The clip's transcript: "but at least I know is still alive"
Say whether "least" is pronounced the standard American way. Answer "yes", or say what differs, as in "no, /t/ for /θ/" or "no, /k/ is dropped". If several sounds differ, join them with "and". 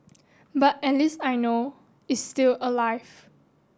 no, /t/ is dropped